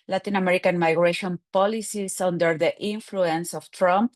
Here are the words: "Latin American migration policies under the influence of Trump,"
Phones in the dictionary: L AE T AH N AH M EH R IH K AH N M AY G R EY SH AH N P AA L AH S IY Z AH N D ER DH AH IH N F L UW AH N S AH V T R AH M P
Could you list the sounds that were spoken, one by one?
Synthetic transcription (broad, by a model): L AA T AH N AH M EH R IH K AH N M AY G R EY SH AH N P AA L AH S IY S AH N D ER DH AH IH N F L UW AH N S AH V T R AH M P